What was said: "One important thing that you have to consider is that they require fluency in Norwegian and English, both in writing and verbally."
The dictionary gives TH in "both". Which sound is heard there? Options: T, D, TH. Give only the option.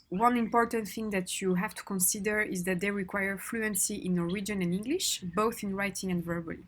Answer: TH